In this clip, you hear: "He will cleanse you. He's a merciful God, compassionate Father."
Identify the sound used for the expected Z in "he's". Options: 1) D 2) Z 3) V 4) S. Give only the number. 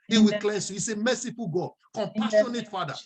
4